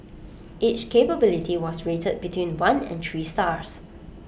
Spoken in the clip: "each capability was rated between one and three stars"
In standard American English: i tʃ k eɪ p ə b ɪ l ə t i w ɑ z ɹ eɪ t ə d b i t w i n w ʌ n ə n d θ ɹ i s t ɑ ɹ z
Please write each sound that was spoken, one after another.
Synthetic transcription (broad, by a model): i tʃ k eɪ p ə b ɪ l ə t i w ɑ s ɹ eɪ t ə d b i t w i n w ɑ n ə n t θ ɹ i s t ɑ ɹ s